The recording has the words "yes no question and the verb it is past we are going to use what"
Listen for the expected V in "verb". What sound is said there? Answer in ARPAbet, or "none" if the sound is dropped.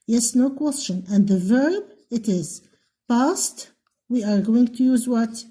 V